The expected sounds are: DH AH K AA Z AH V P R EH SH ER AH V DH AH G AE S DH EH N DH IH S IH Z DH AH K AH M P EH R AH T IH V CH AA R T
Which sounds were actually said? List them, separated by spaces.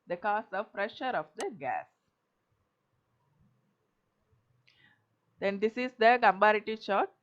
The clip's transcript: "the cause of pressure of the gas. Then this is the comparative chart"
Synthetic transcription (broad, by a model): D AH K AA S AH V P R EH SH ER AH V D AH G AE S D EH N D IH S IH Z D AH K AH M B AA R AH T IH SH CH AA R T